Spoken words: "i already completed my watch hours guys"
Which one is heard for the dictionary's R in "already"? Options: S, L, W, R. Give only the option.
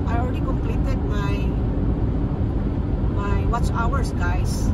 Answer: L